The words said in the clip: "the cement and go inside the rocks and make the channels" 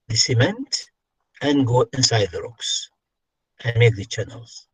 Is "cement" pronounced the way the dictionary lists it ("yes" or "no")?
yes